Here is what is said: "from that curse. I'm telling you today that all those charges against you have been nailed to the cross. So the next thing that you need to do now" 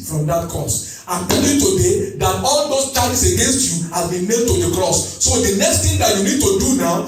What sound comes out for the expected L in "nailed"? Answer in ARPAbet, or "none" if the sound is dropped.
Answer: none